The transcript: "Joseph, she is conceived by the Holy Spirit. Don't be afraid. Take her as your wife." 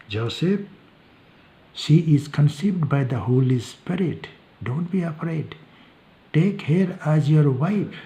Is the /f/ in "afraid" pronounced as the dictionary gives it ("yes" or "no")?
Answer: no